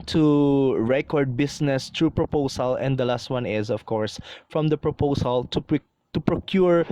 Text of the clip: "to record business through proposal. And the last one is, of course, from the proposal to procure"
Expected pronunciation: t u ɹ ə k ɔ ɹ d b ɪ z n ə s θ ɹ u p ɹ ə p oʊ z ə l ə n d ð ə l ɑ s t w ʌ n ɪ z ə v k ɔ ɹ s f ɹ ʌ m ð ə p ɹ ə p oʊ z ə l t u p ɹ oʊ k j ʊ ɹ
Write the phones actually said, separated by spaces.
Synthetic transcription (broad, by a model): t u ɹ ə k ɔ ɹ d b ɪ s n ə s t ɹ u p ɹ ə p oʊ s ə l ə n d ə l ɑ s t w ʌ n ɪ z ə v k ɔ ɹ s f ɹ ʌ m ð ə p ɹ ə p oʊ s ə l t u p ɹ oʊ k j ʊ ɹ